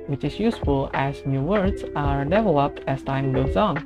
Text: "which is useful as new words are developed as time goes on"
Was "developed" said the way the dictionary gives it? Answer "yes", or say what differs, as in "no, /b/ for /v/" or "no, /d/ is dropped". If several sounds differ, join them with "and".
yes